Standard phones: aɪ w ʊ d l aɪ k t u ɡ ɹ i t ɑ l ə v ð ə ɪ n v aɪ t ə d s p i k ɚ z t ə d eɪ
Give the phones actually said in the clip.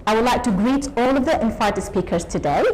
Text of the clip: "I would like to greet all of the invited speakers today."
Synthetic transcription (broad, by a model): aɪ w ʊ d l aɪ k t u ɡ ɹ i t ɑ l ə v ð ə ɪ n f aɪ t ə s p i k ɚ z t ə d eɪ